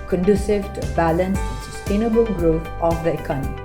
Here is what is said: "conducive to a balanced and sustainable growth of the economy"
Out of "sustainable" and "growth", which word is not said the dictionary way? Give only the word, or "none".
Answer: growth